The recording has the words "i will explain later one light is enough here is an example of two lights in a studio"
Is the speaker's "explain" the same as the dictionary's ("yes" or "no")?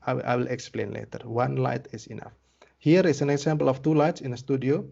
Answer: yes